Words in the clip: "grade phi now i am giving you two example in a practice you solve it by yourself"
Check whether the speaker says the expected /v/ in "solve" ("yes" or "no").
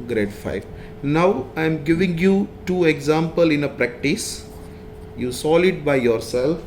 no